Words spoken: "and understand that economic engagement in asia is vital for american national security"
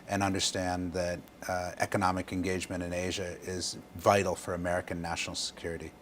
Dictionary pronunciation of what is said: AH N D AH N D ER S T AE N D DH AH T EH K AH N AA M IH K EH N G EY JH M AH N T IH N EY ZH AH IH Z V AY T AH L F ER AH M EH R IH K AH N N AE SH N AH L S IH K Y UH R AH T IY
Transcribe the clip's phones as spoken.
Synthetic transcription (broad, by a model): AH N AH N D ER S T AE N DH AH T EH K AH N AA M IH K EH N G EY JH M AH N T IH N EY ZH AH IH Z V AY T L F ER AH M EH R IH K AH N N AE SH N L S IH K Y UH R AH T IY